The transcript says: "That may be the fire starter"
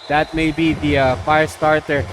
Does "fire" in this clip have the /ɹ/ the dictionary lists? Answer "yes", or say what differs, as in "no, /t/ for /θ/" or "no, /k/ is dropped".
yes